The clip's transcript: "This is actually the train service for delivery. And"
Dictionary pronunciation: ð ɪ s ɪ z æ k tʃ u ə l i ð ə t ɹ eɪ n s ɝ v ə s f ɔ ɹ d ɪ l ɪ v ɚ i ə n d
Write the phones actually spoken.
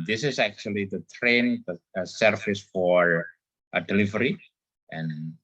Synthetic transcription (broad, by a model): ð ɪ s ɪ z æ k tʃ u ə l i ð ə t ɹ eɪ n s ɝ f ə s f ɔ ɹ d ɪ l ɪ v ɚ i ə n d